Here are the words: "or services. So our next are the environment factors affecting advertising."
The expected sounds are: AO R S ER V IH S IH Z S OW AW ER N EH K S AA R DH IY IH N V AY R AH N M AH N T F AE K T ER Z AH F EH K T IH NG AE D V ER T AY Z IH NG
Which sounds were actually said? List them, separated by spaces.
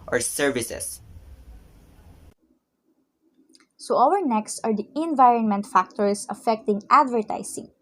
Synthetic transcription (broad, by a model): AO R S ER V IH S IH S S OW AW ER N EH K S AA R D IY IH N V AY R AH N M AH N T F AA K T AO S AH F EH K T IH NG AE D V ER T AY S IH NG